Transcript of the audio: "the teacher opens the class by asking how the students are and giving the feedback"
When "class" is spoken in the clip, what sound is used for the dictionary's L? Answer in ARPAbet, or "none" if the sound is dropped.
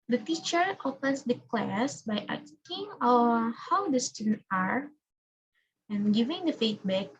L